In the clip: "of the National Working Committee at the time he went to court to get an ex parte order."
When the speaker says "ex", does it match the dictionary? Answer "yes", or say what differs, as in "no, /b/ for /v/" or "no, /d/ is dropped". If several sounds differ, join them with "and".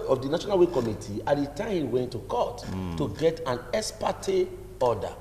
no, /k/ is dropped